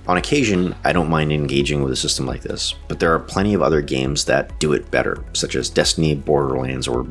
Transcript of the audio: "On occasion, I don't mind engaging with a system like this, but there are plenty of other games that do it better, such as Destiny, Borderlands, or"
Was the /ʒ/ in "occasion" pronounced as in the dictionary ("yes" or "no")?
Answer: yes